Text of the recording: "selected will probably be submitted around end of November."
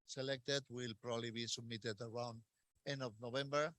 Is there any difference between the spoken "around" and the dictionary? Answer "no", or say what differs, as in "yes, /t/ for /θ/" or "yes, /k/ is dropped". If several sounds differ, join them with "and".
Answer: no